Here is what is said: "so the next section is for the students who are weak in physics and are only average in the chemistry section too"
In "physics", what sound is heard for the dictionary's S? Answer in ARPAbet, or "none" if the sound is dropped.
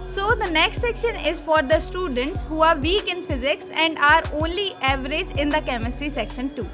S